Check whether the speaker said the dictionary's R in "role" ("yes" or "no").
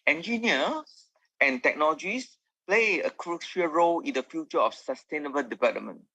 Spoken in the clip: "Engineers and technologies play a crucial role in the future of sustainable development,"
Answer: yes